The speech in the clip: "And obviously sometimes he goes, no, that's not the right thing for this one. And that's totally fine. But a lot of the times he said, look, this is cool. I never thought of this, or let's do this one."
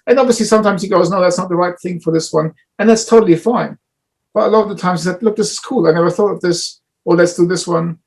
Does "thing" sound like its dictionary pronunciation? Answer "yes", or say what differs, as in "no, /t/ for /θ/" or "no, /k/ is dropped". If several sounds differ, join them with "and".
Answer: yes